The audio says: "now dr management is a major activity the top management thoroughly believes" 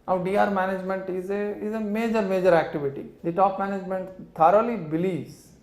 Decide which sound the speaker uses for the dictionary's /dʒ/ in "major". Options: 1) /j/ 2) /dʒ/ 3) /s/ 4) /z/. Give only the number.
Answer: 2